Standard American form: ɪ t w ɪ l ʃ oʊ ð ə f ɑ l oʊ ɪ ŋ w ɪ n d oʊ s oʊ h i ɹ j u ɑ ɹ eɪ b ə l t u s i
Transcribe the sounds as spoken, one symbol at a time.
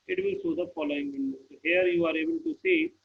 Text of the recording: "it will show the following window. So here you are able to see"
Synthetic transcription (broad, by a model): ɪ t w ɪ l s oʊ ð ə f ɑ l oʊ ɪ ŋ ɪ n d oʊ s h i ɹ j u ɑ ɹ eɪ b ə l t u s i